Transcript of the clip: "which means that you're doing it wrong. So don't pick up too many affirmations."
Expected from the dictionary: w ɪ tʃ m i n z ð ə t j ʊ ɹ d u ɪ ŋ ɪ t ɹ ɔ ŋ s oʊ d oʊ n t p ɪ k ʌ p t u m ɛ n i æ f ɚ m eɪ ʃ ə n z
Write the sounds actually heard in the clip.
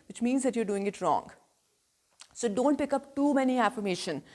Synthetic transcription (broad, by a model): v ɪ tʃ m i n z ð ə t j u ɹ d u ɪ ŋ ɪ t ɹ ɔ ŋ s oʊ d oʊ n t p ɪ k ʌ p t u m ɛ n i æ f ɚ m eɪ ʃ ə n